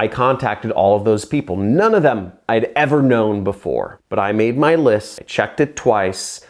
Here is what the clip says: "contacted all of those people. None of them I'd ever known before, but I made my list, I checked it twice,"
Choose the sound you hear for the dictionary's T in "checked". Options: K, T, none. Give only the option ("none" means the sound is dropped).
T